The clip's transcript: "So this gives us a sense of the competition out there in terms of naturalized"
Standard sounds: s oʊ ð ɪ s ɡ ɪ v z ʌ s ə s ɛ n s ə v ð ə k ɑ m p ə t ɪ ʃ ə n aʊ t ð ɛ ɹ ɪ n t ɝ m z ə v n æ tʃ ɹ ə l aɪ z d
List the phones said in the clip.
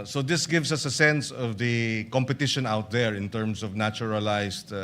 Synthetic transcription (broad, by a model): s oʊ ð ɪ s ɡ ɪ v s ʌ s ə s ɛ n s ə v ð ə k ɑ m p ə t ɪ ʃ ə n aʊ t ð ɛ ɹ ɪ n t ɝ m s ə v n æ tʃ ɹ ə l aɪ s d